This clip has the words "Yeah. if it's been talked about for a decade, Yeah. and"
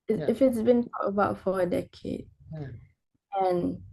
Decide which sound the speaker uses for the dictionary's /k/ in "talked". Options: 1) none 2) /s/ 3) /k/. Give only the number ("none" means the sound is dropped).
1